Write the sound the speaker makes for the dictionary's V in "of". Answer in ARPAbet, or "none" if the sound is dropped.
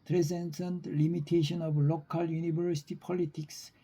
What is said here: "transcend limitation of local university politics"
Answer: B